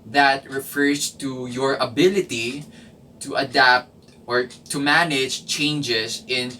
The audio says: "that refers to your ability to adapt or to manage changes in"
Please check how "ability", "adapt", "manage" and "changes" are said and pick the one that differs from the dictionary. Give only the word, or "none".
changes